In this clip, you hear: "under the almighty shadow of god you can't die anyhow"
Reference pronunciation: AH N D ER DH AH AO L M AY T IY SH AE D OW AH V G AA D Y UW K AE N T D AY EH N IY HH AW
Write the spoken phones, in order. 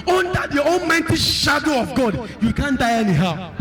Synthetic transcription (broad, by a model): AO N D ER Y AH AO N M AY T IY SH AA D OW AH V G AA D Y UW K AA N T D AY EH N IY HH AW